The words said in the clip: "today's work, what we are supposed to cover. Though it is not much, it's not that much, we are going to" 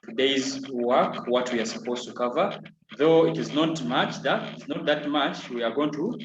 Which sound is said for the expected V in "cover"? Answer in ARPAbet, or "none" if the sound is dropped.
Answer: V